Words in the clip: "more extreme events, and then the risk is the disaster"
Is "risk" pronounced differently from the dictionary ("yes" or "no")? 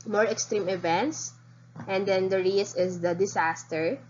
yes